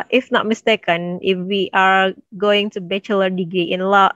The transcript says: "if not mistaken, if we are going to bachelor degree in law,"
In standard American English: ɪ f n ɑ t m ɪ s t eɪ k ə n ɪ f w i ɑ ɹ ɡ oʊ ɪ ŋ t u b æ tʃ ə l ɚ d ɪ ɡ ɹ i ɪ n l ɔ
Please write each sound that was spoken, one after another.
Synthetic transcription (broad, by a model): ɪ f n ɑ t m ɪ s t eɪ k ə n ɪ f w i ɑ ɹ ɡ oʊ ɪ ŋ t u b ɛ tʃ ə l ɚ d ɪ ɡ i ɪ n l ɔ